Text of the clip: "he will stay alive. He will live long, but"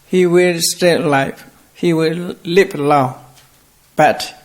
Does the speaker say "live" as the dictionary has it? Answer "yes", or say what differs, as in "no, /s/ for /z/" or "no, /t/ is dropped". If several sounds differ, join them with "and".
no, /p/ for /v/